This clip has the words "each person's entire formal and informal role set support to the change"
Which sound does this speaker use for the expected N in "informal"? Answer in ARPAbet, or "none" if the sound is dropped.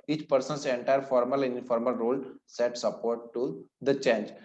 none